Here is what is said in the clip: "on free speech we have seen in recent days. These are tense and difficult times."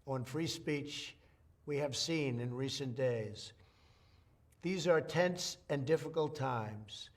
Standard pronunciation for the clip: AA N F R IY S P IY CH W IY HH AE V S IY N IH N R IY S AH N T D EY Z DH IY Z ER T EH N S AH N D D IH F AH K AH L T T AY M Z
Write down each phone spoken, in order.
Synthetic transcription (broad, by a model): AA N F R IY S P IY CH W IY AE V S IY N IH N R IY S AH N D EY Z DH IY Z ER T EH N S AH N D D IH F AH K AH L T T AY M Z